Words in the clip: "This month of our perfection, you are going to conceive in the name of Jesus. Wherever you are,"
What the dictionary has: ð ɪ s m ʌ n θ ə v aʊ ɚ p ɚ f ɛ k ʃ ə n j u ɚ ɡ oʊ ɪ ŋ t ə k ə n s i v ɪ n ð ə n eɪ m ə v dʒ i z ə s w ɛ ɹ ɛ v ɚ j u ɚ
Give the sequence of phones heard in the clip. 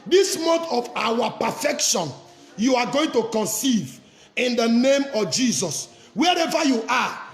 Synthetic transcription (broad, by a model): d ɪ s m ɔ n t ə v aʊ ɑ p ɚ f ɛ k ʃ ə n j u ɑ ɡ oʊ ɪ ŋ t ə k ə n s i v ɪ n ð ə n eɪ m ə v dʒ i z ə s w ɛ ɹ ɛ v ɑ j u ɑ